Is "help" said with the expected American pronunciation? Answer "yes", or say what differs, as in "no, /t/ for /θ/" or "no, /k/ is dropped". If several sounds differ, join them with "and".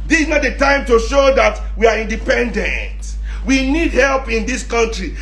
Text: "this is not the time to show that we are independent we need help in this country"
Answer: yes